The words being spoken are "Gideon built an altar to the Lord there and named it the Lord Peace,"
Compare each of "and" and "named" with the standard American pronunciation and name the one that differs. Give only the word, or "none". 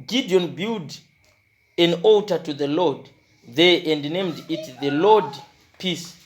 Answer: none